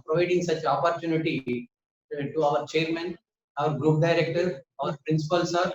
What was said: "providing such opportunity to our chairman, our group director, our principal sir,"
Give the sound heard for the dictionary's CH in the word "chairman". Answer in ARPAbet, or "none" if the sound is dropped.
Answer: CH